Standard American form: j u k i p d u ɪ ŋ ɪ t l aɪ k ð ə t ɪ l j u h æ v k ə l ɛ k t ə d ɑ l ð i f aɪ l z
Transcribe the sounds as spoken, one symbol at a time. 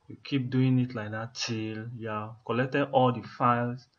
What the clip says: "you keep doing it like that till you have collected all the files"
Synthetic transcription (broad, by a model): j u k i p d u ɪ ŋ ɪ t l aɪ k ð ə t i l j u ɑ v k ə l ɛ k t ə ɑ l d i f aɪ l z